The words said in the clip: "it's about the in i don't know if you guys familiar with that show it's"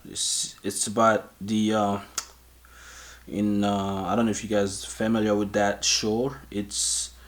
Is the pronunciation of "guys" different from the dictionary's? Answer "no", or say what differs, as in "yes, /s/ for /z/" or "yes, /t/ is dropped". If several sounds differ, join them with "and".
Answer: no